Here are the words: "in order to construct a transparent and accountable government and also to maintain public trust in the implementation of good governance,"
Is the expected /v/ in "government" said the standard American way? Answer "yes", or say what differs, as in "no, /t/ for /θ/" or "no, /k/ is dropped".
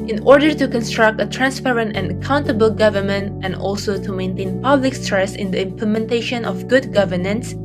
yes